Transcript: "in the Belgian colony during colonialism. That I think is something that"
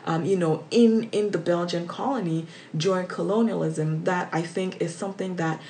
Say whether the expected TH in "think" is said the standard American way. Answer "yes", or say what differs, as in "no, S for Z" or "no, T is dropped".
yes